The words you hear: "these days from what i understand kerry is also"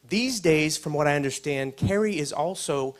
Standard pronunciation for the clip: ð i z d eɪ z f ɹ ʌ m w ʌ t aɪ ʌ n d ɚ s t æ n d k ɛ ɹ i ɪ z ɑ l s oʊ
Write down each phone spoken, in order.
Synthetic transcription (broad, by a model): ð i z d eɪ z f ɹ ʌ m w ʌ t aɪ ʌ n d ɚ s t æ n d k ɛ ɹ i ɪ z ɑ l s oʊ